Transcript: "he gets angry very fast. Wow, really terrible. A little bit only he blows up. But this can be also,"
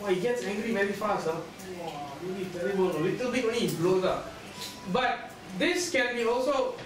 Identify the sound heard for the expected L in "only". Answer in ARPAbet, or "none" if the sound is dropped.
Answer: none